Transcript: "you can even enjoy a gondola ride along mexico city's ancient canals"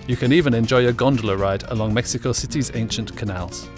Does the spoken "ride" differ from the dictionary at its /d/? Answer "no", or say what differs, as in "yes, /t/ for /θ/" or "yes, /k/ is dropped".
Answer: no